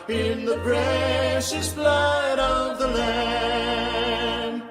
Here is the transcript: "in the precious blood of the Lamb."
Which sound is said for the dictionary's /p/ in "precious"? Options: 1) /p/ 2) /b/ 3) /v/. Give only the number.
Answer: 2